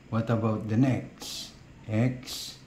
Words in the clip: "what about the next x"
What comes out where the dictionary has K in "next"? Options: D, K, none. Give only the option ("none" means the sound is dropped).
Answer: K